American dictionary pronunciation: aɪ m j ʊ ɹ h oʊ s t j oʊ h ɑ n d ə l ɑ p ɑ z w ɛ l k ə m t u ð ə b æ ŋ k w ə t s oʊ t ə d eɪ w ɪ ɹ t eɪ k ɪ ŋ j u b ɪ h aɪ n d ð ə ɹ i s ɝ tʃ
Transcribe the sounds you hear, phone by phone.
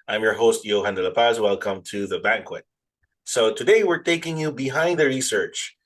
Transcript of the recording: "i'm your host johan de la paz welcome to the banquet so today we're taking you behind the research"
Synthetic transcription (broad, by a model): aɪ m j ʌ ɹ h oʊ s t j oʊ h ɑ n d ə l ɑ p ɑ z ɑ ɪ l k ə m t u ð ə b æ ŋ k w ə t s oʊ t ə d eɪ w ɪ ɹ t eɪ k ɪ ŋ j u b ɪ h aɪ n d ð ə ɹ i s ɝ tʃ